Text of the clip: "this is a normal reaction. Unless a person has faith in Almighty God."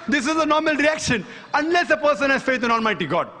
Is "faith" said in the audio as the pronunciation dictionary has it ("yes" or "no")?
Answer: no